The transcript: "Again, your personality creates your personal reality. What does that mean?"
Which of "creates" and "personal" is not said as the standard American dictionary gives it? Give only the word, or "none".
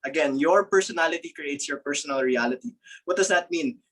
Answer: none